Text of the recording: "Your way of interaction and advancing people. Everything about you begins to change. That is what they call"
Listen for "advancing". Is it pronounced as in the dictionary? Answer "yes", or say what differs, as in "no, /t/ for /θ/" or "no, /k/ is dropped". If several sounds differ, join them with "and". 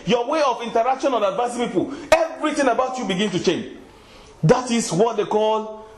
no, /n/ is dropped